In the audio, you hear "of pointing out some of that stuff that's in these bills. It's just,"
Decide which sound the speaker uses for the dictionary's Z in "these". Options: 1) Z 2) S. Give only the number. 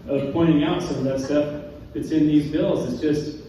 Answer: 1